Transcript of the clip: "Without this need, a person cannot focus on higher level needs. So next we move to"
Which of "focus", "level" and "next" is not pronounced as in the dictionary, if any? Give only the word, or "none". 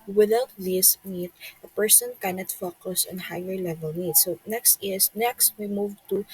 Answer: none